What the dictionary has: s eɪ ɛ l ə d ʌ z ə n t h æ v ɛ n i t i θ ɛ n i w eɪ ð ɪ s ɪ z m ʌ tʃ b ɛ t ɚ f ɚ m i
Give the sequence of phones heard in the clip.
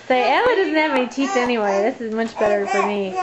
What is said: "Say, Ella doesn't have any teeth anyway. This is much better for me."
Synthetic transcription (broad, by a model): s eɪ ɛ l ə d ʌ z n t h æ v ɛ n i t i s ɛ n i w eɪ ð ɪ s ɪ z m ʌ tʃ b ɛ t ɚ f ɚ m i